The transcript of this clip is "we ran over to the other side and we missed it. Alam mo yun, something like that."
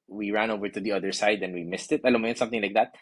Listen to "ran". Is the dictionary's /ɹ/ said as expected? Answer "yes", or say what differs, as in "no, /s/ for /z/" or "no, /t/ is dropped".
yes